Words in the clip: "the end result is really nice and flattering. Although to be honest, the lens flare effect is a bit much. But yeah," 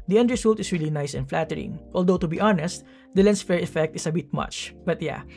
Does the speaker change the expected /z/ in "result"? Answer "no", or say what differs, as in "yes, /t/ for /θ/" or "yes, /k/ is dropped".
yes, /s/ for /z/